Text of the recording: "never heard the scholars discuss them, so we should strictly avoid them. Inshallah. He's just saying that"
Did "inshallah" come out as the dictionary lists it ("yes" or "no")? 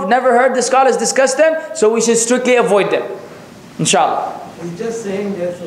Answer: no